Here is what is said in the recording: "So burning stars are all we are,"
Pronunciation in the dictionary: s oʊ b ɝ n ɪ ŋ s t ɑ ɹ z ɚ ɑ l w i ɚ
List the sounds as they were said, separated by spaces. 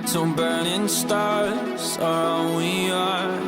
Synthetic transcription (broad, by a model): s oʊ b ɝ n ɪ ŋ s t ɑ ɹ z ɚ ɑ n w i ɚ